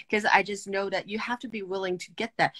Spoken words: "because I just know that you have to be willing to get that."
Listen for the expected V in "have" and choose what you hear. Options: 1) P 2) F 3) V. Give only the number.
2